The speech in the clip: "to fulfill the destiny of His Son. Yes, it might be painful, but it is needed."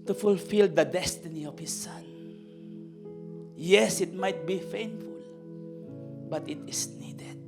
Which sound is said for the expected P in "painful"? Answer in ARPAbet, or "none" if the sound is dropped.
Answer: F